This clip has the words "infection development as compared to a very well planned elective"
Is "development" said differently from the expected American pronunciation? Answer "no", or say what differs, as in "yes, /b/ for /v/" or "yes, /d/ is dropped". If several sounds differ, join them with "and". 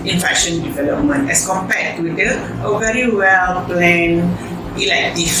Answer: no